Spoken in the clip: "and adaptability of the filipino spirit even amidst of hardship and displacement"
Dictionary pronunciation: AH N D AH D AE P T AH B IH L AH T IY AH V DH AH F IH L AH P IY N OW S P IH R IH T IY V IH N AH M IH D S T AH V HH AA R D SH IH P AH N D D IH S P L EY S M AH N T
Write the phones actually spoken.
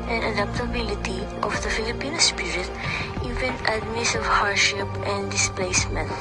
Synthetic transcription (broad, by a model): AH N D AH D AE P T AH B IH L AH T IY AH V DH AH F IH L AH P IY N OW S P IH R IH T IY V IH N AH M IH S AH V HH AA R D SH IH P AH N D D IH S P L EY S M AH N T